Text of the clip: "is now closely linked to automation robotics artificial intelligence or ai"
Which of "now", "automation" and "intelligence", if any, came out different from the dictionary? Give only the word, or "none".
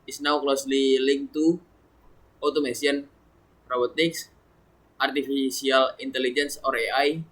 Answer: automation